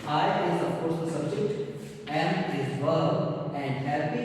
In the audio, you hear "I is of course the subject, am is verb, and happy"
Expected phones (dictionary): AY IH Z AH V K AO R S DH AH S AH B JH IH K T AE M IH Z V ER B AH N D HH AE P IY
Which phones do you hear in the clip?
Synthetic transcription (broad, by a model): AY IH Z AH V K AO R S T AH S AH B JH IH K T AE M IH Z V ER AH N D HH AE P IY